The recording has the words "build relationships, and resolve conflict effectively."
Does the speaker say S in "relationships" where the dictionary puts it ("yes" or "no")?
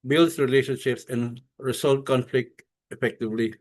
yes